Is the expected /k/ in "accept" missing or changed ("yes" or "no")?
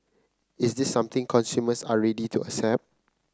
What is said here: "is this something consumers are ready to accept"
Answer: yes